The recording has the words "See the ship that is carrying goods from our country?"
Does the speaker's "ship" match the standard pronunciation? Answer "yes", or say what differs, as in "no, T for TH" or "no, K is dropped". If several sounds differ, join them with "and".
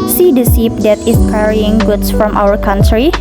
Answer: no, S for SH